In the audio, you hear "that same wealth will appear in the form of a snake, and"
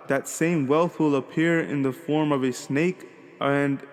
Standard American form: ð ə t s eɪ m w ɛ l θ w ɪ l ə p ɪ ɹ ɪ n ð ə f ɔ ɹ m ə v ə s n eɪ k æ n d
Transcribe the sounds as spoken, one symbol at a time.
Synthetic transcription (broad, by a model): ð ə t s eɪ m w ɛ l θ w ɪ l ə p ɪ ɹ ɪ n ð ə f ɔ ɹ m ə v ə s n eɪ k n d